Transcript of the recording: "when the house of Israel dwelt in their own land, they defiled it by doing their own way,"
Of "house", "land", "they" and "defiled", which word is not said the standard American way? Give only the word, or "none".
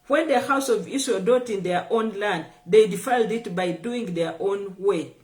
none